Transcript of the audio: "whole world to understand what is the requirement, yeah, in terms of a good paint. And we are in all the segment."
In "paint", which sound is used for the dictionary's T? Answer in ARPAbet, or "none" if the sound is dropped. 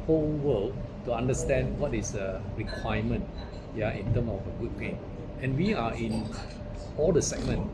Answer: none